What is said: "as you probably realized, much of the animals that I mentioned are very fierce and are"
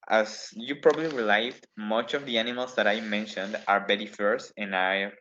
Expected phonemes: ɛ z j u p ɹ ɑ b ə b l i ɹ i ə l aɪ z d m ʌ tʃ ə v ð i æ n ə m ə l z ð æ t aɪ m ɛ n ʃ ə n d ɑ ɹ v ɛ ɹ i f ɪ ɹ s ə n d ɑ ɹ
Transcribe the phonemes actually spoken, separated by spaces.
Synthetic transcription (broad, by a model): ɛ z j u p ɹ ɑ b ə b l i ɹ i l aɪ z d m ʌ tʃ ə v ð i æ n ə m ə l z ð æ t aɪ m ɛ n ʃ ə n d ɑ ɹ b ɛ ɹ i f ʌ ɹ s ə n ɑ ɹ